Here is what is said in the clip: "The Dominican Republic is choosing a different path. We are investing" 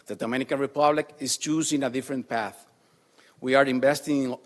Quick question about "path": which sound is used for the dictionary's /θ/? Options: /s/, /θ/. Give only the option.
/θ/